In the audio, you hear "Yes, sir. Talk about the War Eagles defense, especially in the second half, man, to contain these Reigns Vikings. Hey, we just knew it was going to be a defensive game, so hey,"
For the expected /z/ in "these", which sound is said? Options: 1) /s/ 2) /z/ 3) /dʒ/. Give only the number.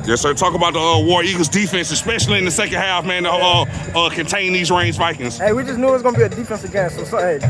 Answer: 2